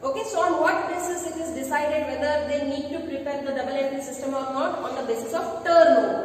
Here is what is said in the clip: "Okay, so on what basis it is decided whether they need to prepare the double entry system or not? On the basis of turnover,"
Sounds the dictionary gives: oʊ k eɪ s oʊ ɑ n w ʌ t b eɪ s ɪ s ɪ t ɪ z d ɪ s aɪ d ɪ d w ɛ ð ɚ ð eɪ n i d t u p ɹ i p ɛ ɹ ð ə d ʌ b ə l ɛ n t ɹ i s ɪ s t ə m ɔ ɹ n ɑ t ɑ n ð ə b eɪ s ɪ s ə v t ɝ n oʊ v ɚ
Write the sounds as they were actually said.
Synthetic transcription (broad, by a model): oʊ k eɪ s oʊ ɑ n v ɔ t b eɪ s ɪ s ɪ t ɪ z d ɪ s aɪ d ɪ d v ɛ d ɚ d eɪ n i d t u p ɹ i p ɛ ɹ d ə d ʌ b ə l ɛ t i s ɪ s t ə m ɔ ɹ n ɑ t ɑ n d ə b eɪ s ɪ s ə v t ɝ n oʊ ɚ